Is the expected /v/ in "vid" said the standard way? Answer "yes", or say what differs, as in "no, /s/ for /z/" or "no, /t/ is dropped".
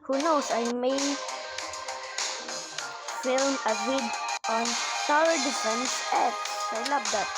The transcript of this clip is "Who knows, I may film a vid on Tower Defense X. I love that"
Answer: no, /w/ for /v/